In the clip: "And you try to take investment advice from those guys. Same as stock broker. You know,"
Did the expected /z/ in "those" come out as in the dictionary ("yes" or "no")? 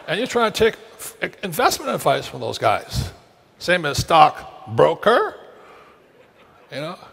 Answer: yes